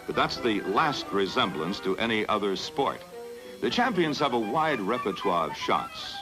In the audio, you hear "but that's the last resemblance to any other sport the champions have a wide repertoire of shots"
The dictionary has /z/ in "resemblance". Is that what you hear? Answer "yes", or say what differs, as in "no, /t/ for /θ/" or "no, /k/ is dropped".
yes